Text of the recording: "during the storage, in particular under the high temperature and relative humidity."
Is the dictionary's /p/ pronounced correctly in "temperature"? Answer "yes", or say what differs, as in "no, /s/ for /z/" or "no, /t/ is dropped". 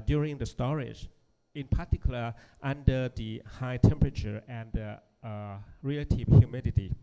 yes